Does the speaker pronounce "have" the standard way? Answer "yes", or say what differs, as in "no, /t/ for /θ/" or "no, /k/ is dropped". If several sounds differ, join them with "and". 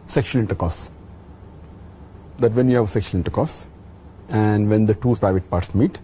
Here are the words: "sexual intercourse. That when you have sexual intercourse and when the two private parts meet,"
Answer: yes